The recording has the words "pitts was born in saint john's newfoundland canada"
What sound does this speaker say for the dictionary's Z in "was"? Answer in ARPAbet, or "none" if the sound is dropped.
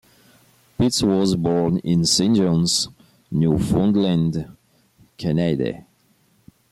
Z